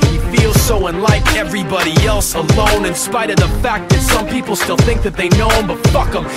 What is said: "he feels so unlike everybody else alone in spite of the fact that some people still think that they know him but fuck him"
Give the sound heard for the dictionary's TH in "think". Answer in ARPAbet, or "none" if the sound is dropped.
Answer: TH